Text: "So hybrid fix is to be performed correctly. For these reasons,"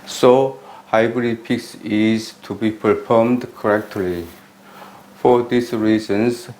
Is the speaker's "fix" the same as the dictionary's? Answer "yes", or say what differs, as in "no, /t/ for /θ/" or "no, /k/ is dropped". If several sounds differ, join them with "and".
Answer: no, /p/ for /f/